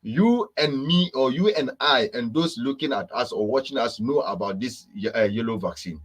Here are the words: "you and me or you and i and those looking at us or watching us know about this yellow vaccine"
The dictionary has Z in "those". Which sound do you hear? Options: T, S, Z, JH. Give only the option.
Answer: S